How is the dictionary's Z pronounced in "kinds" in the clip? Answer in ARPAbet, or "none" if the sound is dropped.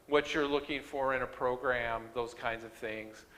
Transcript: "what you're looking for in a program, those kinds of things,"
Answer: Z